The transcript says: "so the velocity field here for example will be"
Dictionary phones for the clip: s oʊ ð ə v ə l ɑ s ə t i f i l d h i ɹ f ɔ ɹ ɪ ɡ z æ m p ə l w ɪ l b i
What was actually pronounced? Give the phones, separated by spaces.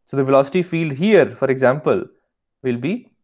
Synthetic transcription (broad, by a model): s oʊ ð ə v ə l ɑ s ə t i f i l d h i ɹ f ɔ ɹ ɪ ɡ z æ m p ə l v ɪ l b i